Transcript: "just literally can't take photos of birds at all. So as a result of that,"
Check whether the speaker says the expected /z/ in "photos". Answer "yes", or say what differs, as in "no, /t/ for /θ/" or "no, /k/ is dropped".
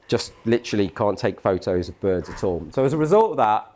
yes